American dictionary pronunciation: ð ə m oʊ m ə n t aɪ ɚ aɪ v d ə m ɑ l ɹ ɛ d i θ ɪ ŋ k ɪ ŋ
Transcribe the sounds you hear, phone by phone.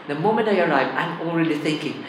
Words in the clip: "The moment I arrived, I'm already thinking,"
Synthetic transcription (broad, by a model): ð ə m oʊ m ə n t aɪ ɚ aɪ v ə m ɑ l ɹ ɛ d i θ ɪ ŋ k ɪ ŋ